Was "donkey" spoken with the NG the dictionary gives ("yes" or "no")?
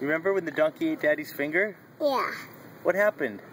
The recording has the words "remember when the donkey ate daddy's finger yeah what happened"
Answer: yes